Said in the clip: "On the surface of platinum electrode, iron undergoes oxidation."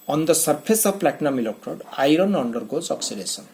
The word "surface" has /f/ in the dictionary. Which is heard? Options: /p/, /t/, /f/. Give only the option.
/p/